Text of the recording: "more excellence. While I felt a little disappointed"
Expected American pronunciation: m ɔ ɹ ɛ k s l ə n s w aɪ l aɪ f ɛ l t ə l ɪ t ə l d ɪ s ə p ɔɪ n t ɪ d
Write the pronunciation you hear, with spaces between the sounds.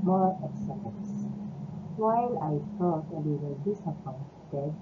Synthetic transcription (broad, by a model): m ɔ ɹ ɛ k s ə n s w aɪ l aɪ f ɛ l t ə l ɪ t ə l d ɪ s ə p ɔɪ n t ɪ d